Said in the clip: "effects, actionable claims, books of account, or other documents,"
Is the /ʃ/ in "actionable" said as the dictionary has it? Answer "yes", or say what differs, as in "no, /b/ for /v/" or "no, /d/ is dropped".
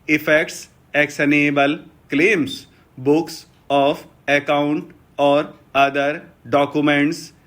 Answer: no, /s/ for /ʃ/